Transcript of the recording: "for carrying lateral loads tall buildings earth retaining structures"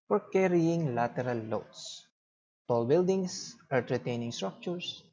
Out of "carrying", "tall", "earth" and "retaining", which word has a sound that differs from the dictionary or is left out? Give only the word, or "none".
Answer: earth